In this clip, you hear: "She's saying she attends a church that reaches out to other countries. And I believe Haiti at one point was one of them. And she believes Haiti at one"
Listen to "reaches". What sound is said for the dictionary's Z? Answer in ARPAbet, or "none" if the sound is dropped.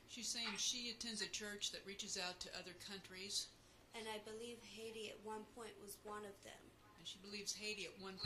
Z